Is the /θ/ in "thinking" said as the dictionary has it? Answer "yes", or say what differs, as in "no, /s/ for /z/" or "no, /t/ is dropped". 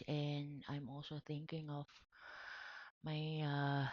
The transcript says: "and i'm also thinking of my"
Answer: yes